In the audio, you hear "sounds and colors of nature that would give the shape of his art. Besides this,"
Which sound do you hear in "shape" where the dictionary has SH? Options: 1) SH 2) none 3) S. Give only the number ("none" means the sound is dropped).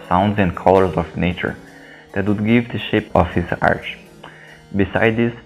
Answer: 1